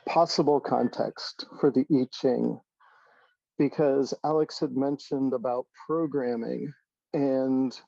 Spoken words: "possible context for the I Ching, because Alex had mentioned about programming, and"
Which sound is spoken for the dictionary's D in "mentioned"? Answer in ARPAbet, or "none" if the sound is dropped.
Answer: D